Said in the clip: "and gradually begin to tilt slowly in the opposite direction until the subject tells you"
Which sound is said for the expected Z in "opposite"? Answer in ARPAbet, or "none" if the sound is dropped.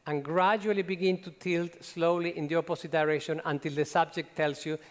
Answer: S